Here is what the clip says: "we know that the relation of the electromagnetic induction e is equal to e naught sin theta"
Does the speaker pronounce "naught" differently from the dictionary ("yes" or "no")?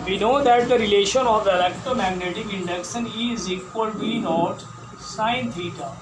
no